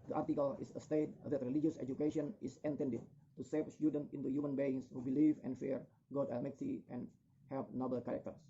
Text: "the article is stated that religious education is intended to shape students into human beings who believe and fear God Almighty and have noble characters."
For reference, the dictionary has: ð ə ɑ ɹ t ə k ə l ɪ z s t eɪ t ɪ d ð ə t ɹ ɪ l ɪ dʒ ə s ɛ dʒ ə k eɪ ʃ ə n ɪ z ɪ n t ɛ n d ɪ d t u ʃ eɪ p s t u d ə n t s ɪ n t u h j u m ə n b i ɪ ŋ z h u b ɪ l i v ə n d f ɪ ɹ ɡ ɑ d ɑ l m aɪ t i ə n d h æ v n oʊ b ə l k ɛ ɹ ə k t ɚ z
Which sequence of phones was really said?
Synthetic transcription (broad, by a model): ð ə ɑ ɹ t ə k ə l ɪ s s t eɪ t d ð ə t ɹ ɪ l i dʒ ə s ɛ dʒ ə k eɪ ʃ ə n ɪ s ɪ n t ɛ n d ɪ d t u s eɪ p s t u d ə n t ɪ n t u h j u m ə n b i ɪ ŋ s h u b ɪ l i v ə n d f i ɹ ɡ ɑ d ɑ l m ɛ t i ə n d h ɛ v n oʊ b ə l k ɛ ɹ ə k t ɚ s